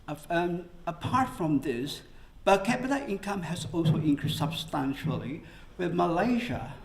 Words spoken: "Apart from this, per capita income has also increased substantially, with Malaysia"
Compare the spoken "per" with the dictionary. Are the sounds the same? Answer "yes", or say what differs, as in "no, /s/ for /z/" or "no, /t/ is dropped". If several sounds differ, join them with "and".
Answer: no, /b/ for /p/